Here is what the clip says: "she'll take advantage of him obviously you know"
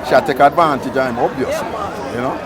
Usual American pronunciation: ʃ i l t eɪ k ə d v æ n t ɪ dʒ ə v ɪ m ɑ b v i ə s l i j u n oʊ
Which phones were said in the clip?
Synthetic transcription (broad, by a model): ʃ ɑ t eɪ k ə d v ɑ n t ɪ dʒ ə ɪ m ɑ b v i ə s i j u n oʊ